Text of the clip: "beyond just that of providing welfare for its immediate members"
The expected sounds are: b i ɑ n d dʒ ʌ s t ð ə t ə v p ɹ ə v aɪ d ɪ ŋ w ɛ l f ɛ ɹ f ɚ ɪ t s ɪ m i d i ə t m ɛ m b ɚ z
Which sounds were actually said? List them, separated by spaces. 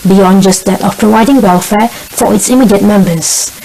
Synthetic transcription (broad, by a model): b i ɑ n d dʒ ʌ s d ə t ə f p ɹ ə v aɪ d ɪ ŋ w ɛ l f ɛ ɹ f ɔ ɪ t s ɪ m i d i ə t m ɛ m b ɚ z